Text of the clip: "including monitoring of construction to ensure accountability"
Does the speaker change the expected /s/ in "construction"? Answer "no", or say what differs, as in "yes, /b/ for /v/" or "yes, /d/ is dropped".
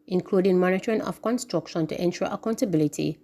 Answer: no